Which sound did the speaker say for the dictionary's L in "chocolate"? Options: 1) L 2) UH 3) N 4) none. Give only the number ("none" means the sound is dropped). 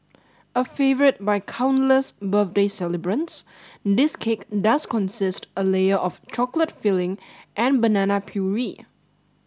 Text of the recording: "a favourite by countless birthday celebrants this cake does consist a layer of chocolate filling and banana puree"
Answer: 1